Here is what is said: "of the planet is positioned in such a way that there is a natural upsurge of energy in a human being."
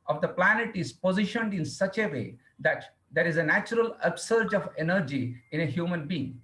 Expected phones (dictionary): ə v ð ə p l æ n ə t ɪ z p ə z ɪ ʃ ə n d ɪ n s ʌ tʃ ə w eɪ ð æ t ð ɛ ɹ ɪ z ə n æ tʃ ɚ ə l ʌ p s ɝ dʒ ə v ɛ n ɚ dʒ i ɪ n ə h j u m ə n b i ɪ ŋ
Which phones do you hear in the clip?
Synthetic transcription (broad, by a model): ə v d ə p l æ n ə t ɪ z p ə z ɪ ʃ ə n d ɪ n s ʌ tʃ ə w eɪ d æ t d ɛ ɹ ɪ z ə n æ tʃ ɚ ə l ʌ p s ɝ dʒ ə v ɛ n ɚ dʒ i ɪ n ə h j u m ə n b i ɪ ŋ